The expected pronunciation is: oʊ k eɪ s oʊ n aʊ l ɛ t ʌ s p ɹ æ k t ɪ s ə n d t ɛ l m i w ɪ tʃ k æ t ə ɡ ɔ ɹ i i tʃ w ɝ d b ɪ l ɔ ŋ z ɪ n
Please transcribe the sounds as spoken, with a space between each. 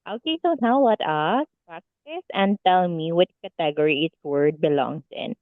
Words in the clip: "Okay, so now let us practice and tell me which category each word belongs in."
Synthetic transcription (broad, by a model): oʊ k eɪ s oʊ n aʊ w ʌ t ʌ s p ɹ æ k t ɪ s ə n d t ɛ l m i w ɪ tʃ k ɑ t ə ɡ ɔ ɹ i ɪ s w ɝ d b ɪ l ɔ ŋ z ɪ n